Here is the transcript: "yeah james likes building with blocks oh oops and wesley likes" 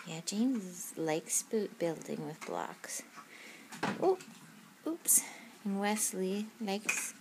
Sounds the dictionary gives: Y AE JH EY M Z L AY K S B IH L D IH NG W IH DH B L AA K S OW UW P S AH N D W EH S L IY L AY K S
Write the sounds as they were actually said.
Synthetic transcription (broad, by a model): Y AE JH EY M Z L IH K S B IH L D IH NG W IH DH B L AA K S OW UW P S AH N W EH S L IY L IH K S